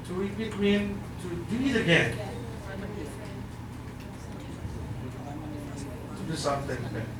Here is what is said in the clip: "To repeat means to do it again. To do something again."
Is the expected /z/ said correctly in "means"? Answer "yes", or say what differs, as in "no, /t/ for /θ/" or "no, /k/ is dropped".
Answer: no, /z/ is dropped